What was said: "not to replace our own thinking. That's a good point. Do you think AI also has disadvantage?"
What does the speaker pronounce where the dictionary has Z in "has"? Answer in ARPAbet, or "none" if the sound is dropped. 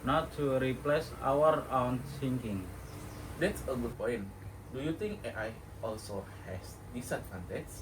S